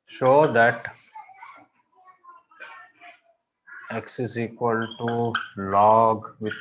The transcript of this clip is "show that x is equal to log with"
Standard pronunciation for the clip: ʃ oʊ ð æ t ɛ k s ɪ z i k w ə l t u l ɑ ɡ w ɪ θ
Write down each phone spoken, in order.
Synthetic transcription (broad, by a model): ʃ oʊ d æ t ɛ k s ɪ s i k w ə l t u l ɑ ɡ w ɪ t